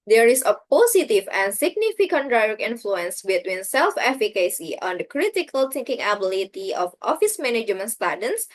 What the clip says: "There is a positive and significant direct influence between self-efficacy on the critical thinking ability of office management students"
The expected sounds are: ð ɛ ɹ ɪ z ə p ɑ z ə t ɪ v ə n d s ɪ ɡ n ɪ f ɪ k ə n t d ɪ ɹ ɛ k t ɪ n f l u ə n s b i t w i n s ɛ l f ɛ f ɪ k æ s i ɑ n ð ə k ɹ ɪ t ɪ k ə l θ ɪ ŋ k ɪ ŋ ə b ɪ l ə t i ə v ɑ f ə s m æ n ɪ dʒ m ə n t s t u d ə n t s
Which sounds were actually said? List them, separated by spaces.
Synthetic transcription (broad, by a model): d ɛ ɹ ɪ s ə p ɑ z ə t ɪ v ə n s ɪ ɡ n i f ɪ k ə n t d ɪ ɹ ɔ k ɪ n f l u ə n s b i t w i n s ɛ l f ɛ f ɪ k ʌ s i ɑ n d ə k ɹ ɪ t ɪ k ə l t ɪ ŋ k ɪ ŋ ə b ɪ l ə t i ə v ɑ f ə s m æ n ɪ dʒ m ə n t s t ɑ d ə n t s